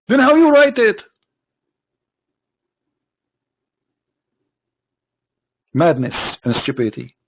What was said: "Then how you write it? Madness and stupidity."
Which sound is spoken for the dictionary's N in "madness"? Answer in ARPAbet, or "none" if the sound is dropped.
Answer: N